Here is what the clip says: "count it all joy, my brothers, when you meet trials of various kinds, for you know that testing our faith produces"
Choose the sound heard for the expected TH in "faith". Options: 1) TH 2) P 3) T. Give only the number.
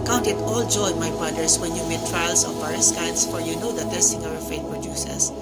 3